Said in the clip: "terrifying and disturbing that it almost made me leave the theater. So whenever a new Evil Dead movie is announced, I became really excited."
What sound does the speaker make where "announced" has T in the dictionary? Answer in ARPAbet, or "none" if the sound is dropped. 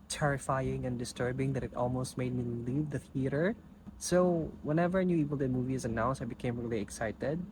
none